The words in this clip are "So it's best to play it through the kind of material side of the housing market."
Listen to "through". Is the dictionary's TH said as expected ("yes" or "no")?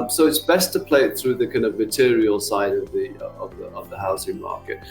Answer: yes